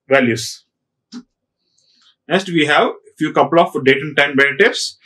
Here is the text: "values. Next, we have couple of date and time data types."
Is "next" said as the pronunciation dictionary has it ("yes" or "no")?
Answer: no